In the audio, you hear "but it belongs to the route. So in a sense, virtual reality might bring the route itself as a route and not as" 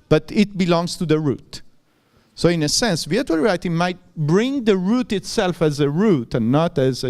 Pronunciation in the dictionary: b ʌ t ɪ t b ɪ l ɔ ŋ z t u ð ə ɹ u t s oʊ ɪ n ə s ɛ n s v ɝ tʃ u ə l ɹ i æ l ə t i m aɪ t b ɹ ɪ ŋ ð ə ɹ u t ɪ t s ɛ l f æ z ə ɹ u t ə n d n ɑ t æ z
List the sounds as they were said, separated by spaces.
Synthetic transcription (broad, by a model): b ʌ t ɪ t b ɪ l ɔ ŋ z t u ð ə ɹ u t s oʊ ɪ n ə s ɛ n s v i u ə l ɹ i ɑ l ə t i m aɪ t b ɹ ɪ ŋ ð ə ɹ u t ɪ t s ɛ l f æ z ə ɹ u t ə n n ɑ t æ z